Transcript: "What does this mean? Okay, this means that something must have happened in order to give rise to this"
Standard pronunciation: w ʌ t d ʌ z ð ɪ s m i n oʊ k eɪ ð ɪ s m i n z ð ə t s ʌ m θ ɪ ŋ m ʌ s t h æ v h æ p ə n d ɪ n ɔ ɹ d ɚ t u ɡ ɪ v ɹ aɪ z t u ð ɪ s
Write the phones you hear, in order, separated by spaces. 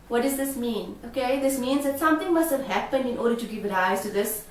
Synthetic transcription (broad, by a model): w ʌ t d ʌ z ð ɪ s m i n oʊ k eɪ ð ɪ s m i n z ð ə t s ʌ m t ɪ ŋ m ʌ s t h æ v h æ p ə n d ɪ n ɔ ɹ d ɚ t u ɡ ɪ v ɹ aɪ z t u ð ɪ s